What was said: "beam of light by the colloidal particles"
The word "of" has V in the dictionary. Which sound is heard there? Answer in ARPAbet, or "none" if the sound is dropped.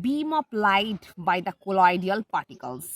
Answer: P